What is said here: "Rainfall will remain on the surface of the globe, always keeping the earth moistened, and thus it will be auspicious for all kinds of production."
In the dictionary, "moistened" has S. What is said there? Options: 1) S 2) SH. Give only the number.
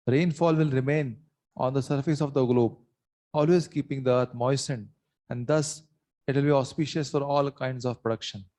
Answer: 1